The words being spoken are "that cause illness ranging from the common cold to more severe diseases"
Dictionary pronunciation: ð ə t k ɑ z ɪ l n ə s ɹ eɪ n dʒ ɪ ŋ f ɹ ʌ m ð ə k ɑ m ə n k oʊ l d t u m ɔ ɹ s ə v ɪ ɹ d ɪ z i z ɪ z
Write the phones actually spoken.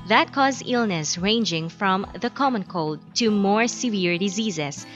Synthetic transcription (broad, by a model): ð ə t k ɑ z ɪ l n ə s ɹ eɪ n dʒ ɪ ŋ f ɹ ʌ m ð ə k ɑ m ə n k oʊ l d t u m ɔ ɹ s ə v ɪ ɹ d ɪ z i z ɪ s